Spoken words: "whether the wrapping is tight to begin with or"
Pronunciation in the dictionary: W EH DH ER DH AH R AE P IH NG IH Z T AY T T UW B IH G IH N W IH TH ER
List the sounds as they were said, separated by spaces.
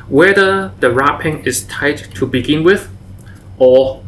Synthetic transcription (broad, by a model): W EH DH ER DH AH R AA P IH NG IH S T AY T T UW B IH G IH N W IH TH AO